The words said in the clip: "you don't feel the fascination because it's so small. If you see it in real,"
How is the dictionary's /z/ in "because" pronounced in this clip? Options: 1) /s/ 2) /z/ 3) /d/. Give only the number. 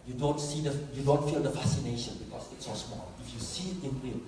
1